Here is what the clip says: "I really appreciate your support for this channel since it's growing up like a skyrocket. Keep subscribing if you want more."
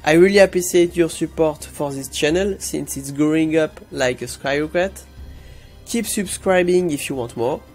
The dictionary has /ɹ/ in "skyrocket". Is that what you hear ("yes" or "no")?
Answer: no